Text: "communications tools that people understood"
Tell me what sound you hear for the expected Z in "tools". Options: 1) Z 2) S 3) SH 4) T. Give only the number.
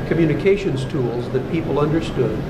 1